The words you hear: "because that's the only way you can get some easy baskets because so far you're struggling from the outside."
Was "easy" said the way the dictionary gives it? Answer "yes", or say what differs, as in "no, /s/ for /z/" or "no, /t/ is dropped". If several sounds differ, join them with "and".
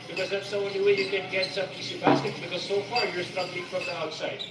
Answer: no, /s/ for /z/